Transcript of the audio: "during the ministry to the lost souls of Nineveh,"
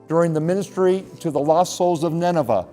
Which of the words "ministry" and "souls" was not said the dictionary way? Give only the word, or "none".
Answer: none